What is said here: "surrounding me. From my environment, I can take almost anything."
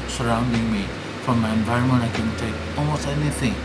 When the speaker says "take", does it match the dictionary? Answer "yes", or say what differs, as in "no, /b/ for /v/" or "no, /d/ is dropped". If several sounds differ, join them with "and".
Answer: no, /k/ is dropped